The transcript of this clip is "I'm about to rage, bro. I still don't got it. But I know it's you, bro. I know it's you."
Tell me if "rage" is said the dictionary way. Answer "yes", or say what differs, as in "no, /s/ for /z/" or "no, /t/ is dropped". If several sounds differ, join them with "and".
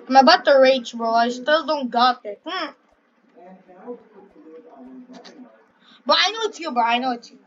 no, /tʃ/ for /dʒ/